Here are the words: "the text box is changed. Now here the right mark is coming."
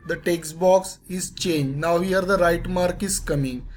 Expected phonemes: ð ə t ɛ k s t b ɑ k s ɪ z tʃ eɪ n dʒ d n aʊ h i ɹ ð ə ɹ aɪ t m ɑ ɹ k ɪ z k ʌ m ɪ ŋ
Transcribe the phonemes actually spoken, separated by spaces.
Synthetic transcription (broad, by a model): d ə t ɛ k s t b ɑ k s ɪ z tʃ eɪ n dʒ n aʊ h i ɹ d ə ɹ aɪ t m ɑ ɹ k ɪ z k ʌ m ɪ ŋ